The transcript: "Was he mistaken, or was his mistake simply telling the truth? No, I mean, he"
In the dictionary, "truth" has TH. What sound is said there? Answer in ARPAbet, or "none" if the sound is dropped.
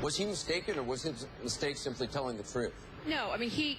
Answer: TH